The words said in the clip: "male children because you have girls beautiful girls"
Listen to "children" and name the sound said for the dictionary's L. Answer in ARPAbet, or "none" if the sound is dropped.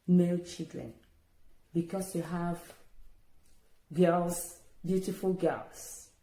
none